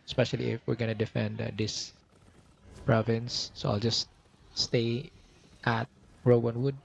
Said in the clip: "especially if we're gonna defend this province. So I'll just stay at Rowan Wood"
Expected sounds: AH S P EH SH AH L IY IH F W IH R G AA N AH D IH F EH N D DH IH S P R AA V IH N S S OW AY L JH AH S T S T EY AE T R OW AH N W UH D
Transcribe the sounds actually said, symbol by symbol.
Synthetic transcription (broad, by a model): S P EH SH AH L IY IH F W IH R G AA N AH D IH F EH N D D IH S P R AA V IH N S S OW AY L JH AH S T S T EY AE T R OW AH N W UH D